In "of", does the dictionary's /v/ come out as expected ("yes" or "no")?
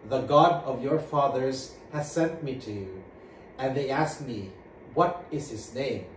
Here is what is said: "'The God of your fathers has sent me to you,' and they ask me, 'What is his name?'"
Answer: yes